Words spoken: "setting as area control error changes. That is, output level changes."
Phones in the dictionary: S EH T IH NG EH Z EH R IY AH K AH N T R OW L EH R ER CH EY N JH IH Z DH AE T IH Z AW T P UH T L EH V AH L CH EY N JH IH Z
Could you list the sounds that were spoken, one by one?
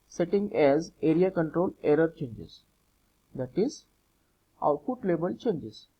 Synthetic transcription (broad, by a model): S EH T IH NG EH Z EH R IY AH K AH N T R OW L EH R ER CH EY N JH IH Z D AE T IH Z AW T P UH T L EH B AH L CH EY N JH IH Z